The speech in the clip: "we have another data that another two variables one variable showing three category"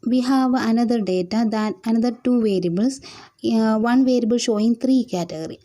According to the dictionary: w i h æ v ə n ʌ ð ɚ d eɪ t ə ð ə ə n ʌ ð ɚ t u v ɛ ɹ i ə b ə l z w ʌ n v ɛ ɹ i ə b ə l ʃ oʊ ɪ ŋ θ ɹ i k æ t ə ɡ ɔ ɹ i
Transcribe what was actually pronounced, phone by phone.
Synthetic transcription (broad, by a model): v i h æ v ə n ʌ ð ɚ d eɪ t ə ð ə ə n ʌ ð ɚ t u v ɛ ɹ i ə b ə l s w ʌ n v ɛ ɹ i ə b ə l ʃ oʊ ɪ ŋ t ɹ i k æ t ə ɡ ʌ ɹ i